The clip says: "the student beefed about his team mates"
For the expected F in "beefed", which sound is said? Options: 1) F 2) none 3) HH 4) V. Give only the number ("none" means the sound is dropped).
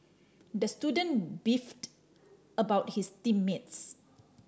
1